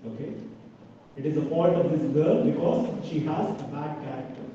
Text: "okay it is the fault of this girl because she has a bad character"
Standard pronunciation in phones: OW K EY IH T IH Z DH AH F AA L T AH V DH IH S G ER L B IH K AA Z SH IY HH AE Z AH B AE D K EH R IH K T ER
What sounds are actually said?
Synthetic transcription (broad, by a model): OW K EY IH T IH Z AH P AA N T AH V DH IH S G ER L B IH K AA Z SH IY HH AE Z AH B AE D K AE R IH K T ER